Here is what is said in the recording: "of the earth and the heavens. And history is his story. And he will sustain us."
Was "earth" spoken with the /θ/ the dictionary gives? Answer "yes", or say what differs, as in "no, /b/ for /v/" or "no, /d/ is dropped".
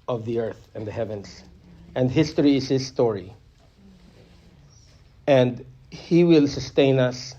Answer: yes